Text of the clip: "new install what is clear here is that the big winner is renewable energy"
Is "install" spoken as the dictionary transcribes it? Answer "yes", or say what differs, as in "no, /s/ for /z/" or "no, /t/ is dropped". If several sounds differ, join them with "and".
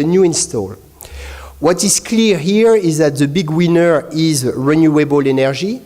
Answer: yes